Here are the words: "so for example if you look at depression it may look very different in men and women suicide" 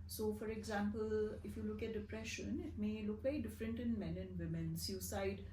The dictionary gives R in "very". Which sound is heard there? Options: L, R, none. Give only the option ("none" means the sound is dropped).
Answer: none